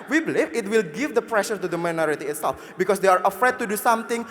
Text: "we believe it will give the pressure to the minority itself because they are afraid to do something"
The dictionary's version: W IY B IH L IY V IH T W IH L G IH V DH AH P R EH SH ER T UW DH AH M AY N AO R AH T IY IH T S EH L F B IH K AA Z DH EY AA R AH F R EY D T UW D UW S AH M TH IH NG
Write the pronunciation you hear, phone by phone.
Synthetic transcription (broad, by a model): W IY B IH L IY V IH T W IH L G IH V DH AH P R EH SH ER T UW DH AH M AY N AO R AH T IY IH T S EH L F B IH K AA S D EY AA R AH F R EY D T UW D UW S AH M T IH NG